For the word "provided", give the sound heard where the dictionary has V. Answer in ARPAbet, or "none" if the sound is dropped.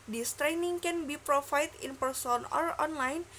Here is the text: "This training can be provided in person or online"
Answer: F